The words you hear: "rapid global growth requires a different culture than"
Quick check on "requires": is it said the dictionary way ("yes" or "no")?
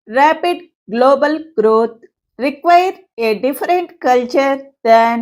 no